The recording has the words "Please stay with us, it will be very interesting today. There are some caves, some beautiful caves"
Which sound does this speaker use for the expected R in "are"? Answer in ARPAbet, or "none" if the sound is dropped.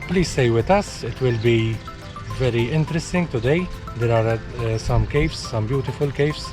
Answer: R